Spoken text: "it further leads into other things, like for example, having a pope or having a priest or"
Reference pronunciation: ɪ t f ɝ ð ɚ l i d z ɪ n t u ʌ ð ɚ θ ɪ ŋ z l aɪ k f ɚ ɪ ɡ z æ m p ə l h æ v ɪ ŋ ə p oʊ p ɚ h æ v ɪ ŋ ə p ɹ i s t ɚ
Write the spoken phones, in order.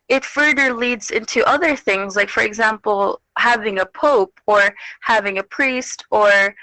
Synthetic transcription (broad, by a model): ɪ t f ɝ ð ɚ l i d z ɪ n t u ʌ ð ɚ θ ɪ ŋ z l aɪ k f ɚ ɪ ɡ z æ m p l h æ v ɪ ŋ ə p oʊ p ɚ h æ v ɪ ŋ ə p ɹ i s t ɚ